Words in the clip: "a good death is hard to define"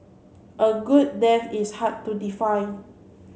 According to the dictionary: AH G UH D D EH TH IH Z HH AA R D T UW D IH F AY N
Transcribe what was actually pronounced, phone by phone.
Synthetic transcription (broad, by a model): AH G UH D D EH F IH S HH AA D T UW D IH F AY